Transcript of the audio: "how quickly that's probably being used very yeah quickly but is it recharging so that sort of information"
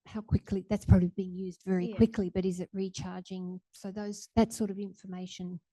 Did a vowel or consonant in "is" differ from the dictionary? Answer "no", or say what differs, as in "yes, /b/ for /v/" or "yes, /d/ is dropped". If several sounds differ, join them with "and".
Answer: no